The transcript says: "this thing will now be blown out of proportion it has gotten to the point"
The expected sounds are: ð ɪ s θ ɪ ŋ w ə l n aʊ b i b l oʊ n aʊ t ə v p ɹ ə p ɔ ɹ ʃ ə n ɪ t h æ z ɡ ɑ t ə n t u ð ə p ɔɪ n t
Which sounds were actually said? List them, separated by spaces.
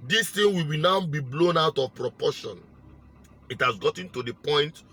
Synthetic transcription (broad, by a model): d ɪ s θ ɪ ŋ w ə w n aʊ b i b l oʊ n aʊ t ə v p ɹ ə p ɔ ʃ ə n ɪ t h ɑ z ɡ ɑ t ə n t u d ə p ɔɪ n t